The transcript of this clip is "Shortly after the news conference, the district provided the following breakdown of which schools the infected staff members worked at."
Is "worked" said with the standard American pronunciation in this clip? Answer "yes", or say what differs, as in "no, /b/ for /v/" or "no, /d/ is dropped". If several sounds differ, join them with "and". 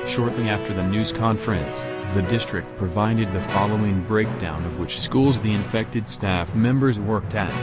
yes